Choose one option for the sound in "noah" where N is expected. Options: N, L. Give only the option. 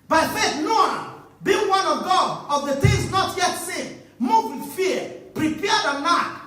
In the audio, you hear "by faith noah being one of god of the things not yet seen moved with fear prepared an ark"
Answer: N